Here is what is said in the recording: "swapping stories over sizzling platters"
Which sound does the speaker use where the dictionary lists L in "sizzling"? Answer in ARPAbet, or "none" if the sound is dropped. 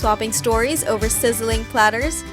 L